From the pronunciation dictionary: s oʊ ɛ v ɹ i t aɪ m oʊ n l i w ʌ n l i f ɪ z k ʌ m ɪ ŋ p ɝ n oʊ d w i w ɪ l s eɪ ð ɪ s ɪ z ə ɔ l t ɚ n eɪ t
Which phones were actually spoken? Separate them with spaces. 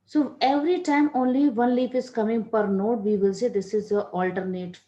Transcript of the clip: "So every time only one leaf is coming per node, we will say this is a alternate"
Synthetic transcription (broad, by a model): s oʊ ɛ v ɹ i t aɪ m oʊ n l i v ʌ n l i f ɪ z k ʌ m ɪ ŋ p ɝ n oʊ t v i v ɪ l s eɪ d ɪ s ɪ z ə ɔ l t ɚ n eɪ t